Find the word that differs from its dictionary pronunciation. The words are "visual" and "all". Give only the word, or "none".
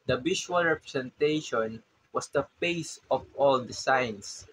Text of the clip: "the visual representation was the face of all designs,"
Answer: visual